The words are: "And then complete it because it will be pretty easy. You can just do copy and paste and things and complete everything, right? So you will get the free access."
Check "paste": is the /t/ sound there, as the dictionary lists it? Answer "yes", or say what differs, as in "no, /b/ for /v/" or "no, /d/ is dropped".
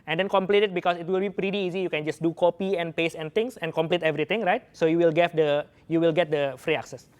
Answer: no, /t/ is dropped